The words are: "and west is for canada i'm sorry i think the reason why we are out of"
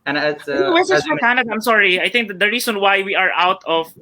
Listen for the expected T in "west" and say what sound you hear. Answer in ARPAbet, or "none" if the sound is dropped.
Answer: none